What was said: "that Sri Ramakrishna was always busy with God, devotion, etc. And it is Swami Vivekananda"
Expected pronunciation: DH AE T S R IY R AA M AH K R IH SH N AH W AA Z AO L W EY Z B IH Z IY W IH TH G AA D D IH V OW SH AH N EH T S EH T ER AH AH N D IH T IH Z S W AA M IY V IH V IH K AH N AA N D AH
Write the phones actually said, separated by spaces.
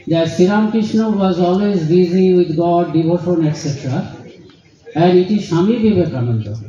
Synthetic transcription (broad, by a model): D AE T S IY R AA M K R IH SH N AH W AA Z AO L W EY Z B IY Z IY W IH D G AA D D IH B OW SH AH N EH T S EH T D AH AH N IH T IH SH AA M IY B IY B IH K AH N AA N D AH